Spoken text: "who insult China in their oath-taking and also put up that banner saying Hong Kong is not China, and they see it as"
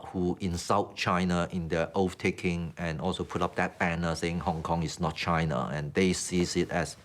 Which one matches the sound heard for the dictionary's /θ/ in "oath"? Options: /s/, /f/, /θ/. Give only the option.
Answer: /f/